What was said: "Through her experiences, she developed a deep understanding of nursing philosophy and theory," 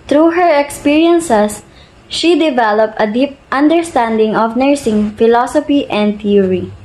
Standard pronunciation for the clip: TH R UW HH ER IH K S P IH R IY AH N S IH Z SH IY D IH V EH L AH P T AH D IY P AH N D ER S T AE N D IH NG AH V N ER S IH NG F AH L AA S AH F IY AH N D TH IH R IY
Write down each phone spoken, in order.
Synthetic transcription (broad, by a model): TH R UW HH ER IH K S P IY R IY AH N S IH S SH IY D IH V EH L AH P T AH D IY P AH N D ER S T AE N D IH NG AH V N ER S IH NG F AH L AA S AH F IY AH N D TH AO R IY